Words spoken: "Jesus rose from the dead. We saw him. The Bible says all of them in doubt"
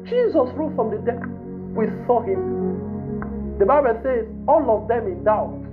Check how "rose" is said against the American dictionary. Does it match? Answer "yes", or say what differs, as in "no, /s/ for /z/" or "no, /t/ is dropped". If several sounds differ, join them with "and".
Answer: no, /z/ is dropped